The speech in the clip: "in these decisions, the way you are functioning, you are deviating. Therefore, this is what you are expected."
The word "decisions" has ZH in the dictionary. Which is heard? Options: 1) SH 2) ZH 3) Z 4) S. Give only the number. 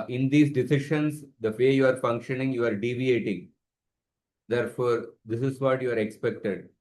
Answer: 1